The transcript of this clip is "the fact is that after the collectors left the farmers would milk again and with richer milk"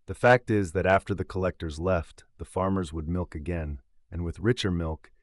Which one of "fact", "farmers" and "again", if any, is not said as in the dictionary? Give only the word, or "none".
none